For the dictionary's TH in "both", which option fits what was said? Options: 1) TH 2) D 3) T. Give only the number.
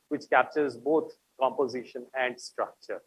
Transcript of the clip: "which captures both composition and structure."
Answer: 3